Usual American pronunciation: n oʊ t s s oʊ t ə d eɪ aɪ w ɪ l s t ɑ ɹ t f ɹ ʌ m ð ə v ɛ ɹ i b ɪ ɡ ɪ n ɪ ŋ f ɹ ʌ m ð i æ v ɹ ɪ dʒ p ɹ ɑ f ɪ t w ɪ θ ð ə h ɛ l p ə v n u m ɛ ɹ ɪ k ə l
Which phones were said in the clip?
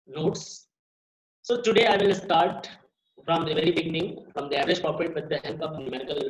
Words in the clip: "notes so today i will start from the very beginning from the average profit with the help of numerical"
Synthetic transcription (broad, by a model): n oʊ t s s oʊ t ə d eɪ aɪ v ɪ l s t ɑ ɹ t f ɹ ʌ m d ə v ɛ ɹ i b ɪ ɡ ɪ n ɪ ŋ f ɹ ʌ m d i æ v ɹ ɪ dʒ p ɑ p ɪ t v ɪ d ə h ɛ l p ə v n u m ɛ ɹ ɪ k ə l